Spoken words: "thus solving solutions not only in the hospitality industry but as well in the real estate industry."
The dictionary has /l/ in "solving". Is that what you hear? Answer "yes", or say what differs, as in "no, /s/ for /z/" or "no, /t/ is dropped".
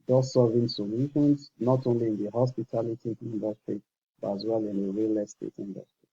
no, /l/ is dropped